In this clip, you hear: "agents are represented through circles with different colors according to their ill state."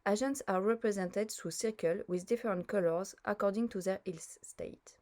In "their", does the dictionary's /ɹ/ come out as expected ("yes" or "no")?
yes